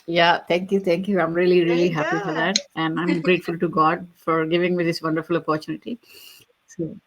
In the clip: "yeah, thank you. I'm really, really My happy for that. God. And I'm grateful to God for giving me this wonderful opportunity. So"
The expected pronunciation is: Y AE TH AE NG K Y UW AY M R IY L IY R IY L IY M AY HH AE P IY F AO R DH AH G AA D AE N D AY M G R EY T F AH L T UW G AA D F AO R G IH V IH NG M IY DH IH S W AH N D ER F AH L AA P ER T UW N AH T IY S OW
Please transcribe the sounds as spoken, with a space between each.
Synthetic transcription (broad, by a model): Y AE T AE NG K Y UW AY M R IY L IY R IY IY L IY HH AE P IY F AO R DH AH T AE N D AY M G R EY T F AH L T UW G AA D F AO R G IH V IH NG M IY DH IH S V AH N D ER F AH L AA P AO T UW N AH T IY S OW